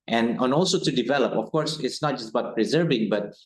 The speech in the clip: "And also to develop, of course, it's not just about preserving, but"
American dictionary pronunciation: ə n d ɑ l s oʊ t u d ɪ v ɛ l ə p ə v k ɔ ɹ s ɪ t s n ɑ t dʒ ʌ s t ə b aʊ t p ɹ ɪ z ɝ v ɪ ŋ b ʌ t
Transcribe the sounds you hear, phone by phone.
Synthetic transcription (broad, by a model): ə n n ɑ l s oʊ t u d ɪ v ɛ l ə p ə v k ɔ ɹ s ɪ t s n ɑ t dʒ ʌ s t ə b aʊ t p ɹ ɪ z ɝ v ɪ ŋ b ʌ t